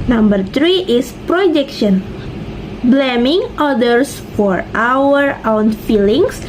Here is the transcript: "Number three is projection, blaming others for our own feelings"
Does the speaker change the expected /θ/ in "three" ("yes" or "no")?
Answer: yes